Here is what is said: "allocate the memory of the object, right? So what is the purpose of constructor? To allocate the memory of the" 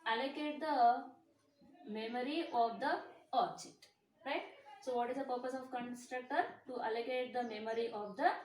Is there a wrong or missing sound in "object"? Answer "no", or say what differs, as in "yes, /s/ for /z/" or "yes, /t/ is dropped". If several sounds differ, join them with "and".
yes, /k/ is dropped